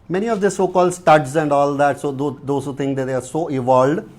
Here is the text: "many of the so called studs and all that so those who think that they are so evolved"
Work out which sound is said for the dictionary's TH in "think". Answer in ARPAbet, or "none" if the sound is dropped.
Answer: T